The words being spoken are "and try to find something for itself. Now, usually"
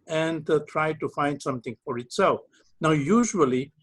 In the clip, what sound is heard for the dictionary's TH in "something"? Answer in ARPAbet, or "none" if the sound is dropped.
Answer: T